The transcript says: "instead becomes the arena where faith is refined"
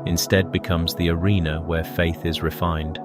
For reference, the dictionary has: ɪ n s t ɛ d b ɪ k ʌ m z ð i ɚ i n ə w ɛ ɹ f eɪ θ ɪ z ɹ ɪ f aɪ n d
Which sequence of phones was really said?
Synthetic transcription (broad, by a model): ɪ n s t ɛ d b ɪ k ʌ m z ð i ɚ i n ə w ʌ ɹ f eɪ θ ɪ z ɹ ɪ f aɪ n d